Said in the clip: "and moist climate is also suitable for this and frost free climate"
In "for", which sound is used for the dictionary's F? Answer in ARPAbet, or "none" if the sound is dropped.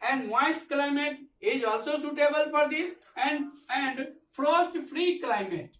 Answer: P